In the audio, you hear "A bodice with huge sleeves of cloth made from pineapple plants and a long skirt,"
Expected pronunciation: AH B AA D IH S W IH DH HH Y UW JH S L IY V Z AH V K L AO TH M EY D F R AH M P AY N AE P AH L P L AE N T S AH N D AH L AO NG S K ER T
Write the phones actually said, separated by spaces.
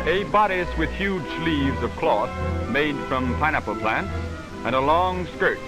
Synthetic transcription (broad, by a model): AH B AA D IH S W IH DH HH Y UW JH S L IY V Z AH V K L AO TH M EY D F R AH M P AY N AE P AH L P L AE N T S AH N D AH L AO NG S K ER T